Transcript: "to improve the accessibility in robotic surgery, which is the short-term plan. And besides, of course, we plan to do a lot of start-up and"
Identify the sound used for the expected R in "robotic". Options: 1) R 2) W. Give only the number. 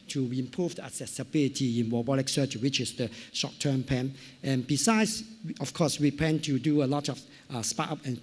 2